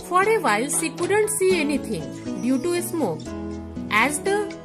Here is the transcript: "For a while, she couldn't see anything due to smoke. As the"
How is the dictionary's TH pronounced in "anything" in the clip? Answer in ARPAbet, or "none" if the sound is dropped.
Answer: T